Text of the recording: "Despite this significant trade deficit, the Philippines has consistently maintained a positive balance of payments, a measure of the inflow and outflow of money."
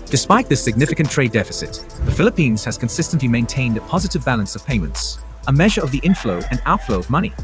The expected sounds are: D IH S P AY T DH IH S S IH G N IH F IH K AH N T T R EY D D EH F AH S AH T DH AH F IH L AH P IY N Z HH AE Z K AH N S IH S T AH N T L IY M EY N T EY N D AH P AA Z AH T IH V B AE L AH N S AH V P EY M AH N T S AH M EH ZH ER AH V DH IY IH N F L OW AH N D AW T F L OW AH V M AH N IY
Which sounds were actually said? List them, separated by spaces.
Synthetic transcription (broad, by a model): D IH S P AY T DH IH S S IH G N IH F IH K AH N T T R EY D D EH F AH S AH T DH AH F IH L AH P IY N Z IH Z K AH N S IH S T AH N T L IY M EY N T EY N D AH P AA Z AH T IH V B AE L AH N S AH V P EY M AH N T S AH M EH ZH ER AH V DH IY IH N F L OW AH N AW T F L OW AH V M AH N IY